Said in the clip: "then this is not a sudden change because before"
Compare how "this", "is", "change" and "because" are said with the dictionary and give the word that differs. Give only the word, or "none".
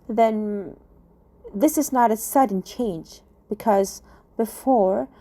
none